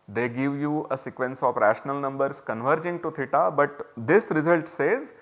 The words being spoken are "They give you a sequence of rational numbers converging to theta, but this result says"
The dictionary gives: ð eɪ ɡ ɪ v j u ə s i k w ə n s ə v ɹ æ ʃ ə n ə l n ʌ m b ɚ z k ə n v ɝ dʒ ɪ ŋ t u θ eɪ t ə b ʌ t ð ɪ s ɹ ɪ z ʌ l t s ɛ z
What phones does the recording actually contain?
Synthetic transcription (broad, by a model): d eɪ ɡ ɪ v j u ə s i k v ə n s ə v ɹ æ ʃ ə n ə l n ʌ m b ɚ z k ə n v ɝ dʒ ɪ ŋ t u t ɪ t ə b ʌ t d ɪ s ɹ ɪ z ʌ l t s ɛ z